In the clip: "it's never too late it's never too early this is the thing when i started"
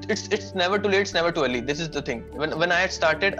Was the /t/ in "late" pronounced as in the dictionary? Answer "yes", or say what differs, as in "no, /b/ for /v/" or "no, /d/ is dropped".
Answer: no, /t/ is dropped